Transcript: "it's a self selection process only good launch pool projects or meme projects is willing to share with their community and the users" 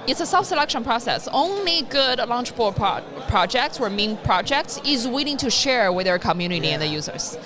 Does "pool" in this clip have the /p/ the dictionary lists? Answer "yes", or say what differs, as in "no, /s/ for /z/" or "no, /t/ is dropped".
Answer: no, /b/ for /p/